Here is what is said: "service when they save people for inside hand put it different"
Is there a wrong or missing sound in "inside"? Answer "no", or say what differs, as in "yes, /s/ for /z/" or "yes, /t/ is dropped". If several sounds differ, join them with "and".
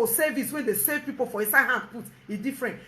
yes, /n/ is dropped